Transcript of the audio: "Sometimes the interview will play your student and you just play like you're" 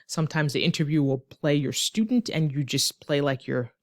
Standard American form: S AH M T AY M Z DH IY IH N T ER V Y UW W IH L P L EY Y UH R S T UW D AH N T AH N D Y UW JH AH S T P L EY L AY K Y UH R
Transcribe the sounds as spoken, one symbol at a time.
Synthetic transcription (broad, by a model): S AH M T AY M Z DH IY IH N T ER V Y UW W IH L P L EY Y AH R S T UW D N T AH N Y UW JH AH S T P L EY L AY K Y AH R